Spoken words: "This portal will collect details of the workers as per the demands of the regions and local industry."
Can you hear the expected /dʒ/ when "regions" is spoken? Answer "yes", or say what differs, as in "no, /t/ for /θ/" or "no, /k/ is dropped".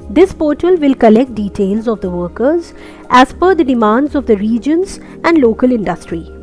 yes